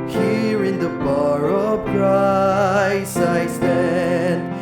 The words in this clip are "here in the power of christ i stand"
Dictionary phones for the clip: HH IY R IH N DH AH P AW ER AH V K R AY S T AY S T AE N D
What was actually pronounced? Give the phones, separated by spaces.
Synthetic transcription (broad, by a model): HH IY R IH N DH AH B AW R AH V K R AY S AY S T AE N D